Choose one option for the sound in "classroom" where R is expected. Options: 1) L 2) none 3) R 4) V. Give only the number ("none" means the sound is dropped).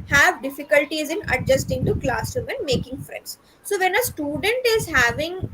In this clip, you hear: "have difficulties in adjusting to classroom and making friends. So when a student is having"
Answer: 2